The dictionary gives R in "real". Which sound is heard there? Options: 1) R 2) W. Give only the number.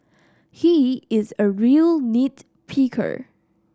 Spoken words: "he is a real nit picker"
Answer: 1